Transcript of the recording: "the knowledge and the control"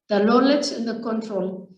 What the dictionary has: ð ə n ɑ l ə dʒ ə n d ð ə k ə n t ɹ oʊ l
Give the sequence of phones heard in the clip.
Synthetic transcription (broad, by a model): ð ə l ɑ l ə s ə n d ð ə k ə n t ɹ oʊ l